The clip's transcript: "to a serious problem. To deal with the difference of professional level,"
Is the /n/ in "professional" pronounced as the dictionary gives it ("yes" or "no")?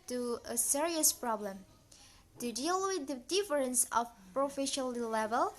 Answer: no